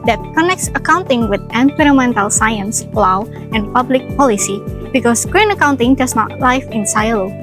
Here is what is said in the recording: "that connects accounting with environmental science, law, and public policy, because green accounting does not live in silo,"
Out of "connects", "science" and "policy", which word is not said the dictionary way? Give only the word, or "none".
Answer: none